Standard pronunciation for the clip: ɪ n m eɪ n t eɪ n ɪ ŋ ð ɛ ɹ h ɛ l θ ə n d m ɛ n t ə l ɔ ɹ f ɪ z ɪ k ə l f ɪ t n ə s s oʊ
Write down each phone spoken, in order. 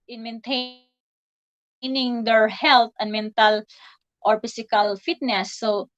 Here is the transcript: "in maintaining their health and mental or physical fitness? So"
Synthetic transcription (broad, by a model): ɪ n m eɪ n t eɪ n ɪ ŋ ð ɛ ɹ h ɛ l t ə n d m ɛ n t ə l ɔ ɹ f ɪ s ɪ k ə l f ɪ t n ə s s oʊ